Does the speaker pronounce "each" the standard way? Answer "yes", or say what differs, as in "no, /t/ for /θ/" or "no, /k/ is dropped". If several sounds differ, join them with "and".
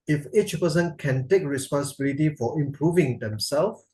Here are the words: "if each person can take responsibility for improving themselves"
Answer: yes